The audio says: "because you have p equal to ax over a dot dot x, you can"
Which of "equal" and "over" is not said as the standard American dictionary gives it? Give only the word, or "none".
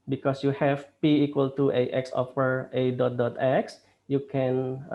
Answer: over